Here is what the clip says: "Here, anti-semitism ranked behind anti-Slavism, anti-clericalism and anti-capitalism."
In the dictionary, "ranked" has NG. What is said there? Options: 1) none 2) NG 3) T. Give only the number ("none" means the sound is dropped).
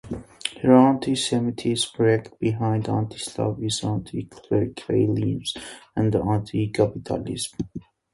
1